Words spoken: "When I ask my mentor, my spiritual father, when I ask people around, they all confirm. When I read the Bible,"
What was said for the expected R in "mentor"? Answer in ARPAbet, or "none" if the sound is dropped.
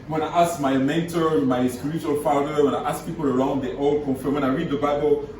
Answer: R